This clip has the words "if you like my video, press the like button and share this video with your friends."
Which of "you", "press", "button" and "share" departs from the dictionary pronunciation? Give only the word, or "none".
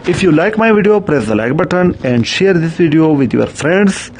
none